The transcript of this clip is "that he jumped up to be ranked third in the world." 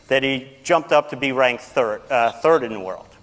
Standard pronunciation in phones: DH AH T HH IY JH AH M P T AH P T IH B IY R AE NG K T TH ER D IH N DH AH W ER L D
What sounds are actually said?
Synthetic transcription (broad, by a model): DH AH T HH IY JH AH M P T AH P T IH B IY R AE NG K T TH ER D IH N DH AH W ER L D